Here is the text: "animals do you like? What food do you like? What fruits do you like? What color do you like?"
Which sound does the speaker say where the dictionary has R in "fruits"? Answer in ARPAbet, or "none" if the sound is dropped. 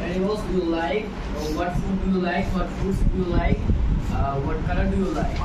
none